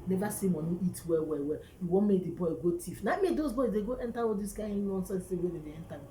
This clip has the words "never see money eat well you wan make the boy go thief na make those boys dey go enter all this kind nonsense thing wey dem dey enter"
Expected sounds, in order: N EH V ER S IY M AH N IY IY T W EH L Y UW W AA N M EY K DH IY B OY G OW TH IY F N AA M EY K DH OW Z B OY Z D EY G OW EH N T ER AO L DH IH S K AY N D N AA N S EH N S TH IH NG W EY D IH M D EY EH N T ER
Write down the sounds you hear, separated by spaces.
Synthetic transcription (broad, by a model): N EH V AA S IY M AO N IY IY T W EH W Y UW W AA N M EY K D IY B OY G OW T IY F N AA M EY K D OW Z B OY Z D EY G OW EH N T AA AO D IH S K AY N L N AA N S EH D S T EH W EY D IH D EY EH N T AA